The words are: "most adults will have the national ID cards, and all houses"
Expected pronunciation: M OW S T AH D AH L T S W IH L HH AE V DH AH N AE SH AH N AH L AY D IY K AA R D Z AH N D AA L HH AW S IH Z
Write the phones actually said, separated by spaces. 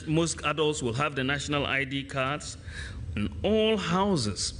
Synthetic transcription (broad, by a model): M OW S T AH D AH L T S W IH L HH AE V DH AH N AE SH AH N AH L AY D IY K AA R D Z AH N AA L HH AW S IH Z